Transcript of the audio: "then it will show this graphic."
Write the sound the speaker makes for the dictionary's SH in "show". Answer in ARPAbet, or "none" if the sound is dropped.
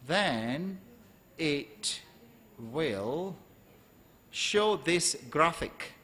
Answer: SH